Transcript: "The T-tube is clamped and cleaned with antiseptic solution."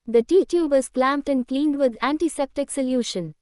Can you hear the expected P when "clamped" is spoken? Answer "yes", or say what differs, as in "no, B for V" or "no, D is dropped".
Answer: yes